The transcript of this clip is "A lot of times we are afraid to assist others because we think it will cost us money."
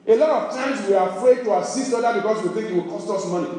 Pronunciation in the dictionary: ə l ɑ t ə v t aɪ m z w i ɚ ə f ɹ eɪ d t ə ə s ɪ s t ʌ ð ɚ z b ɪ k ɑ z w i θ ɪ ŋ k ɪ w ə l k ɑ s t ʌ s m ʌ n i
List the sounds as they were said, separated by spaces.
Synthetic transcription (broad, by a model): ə l ɑ t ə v t aɪ m s w i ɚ ə f ɹ eɪ d t ə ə s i s t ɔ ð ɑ b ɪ k ɑ s w i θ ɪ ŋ k ɪ w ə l k ɑ s t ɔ s m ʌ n i